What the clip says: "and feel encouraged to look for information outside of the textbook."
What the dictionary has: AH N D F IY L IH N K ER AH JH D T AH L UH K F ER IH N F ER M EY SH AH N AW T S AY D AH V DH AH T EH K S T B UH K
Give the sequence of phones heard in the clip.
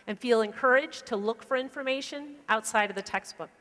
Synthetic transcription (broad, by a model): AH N F IY L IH N K ER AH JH T AH L UH K F ER IH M F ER M EY SH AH N AW T S AY D AH V DH AH T EH K S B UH K